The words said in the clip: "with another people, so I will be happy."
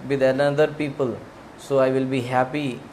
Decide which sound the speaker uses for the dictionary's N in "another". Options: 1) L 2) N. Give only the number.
1